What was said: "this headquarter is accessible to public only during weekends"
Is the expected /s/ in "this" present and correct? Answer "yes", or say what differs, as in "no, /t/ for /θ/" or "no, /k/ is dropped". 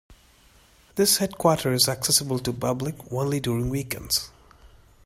yes